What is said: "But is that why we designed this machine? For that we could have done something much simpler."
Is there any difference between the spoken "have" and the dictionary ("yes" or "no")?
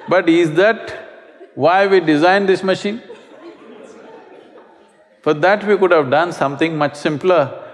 no